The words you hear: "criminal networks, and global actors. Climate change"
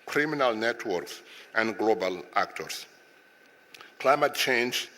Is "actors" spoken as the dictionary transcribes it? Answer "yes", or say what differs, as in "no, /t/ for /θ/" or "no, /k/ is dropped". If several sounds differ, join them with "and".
no, /s/ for /z/